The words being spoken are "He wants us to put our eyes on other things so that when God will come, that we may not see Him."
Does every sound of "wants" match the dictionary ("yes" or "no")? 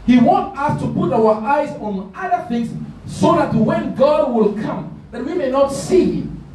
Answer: no